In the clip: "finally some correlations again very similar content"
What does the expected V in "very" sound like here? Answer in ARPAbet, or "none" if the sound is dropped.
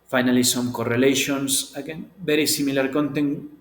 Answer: B